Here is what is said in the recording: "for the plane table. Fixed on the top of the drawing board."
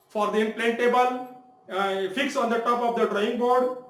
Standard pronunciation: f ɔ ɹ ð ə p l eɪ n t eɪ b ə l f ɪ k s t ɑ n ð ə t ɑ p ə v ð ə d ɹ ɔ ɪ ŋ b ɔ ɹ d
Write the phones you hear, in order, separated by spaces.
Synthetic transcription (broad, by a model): f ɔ ɹ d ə p l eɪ n t eɪ b ə l f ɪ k s ɑ n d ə t ɑ p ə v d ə d ɹ ɔ ɪ ŋ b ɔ ɹ d